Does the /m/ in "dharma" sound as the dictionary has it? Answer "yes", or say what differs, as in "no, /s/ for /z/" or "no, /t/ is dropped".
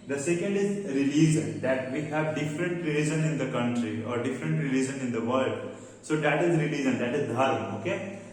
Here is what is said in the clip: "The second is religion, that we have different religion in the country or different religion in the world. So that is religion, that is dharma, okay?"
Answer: no, /m/ is dropped